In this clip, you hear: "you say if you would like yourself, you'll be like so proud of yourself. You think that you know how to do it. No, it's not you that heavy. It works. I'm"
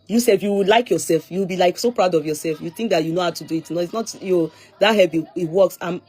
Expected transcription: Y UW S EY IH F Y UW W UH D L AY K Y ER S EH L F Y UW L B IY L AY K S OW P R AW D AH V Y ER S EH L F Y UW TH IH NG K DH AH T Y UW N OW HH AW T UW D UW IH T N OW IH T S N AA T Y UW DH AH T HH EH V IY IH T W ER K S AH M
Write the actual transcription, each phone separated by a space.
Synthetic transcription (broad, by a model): Y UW S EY IH F Y UW W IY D L AY K Y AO S EH L F Y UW W B IY L AY K S OW P R AW D AH V Y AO S EH L F Y UW TH IH NG K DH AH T Y UW N OW HH AW T UW D UW IH T N OW IH T S N AA T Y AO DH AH T HH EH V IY IH T W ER K S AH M